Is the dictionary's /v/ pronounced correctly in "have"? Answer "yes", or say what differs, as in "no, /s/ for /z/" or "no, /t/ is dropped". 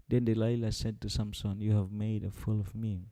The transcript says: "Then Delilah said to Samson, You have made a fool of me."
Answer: yes